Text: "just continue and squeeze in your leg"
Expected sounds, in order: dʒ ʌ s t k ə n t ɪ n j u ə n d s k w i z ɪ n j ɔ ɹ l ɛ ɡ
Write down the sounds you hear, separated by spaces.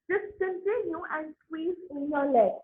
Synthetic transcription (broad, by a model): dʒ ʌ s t k ə n t ɪ n j u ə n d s w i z ɪ n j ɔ l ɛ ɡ